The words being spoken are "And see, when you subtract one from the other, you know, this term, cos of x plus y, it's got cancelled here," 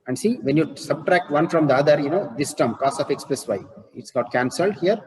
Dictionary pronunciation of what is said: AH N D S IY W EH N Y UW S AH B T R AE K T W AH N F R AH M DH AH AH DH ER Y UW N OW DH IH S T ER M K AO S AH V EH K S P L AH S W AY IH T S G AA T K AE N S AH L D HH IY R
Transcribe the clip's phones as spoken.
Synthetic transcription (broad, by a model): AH N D S IY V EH N Y UW S AH B T R AE K T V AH N F R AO M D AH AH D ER Y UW N OW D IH S T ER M K AO S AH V EH K S P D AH S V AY IH T S G AA T K AE N S AH L D HH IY R